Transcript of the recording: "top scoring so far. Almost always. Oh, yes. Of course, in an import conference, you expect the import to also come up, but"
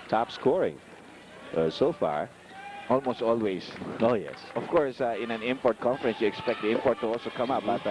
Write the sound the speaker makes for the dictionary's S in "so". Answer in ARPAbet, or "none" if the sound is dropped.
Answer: S